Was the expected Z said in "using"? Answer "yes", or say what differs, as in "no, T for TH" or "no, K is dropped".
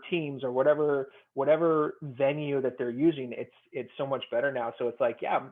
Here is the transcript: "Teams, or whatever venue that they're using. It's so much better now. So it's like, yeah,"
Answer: yes